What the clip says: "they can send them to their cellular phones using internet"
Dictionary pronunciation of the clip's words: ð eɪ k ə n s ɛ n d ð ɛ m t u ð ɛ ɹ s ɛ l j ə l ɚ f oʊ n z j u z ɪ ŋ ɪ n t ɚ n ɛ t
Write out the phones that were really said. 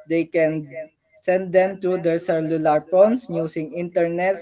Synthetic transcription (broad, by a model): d eɪ k ə n s ɛ n d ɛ m t u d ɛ ɹ s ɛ l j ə l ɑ p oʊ n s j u s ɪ ŋ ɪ n t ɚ n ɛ t